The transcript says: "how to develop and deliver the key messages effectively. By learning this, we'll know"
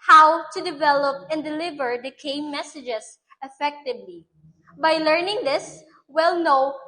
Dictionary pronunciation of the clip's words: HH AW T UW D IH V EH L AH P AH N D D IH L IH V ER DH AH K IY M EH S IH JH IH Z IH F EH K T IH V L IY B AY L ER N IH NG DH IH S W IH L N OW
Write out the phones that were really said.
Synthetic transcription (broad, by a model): HH AW T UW D IH V EH L AH P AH N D D IH L IH V ER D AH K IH M EH S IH JH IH S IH F EH K T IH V L IY B AY L ER N IH NG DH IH S W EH L N OW